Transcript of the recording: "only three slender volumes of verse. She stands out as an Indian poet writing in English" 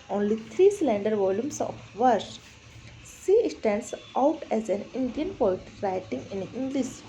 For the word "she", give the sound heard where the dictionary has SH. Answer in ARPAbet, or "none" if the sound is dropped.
S